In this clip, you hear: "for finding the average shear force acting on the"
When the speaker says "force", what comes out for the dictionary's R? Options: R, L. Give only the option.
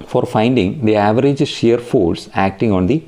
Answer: L